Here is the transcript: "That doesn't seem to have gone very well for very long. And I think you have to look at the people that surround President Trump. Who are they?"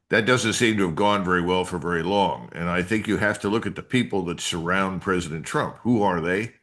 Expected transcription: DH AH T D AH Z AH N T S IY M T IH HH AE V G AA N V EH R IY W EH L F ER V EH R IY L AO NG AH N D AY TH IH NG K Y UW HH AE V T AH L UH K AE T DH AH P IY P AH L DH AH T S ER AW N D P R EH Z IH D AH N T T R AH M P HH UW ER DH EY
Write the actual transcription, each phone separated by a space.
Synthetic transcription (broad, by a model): DH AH T D AH Z AH N T S IY M T IH V G AA N V EH R IY W EH L F ER V EH R IY L AO NG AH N AY TH IH NG K Y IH HH AE F T AH L UH K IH T DH AH P IY P L DH AH T S ER AW N D P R EH Z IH D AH N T T R AH M P HH UW ER DH EY